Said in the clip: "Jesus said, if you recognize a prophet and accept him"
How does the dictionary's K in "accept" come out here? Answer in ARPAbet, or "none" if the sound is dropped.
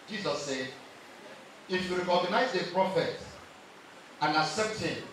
none